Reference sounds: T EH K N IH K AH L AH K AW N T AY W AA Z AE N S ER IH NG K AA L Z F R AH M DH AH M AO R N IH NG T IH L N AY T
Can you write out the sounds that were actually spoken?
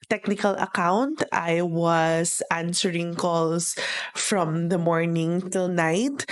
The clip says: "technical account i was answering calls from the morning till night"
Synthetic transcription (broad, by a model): T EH K N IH K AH L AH K AW N T AY W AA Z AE N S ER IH NG K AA L S F R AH M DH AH M AO R N IH NG T IH L N AY T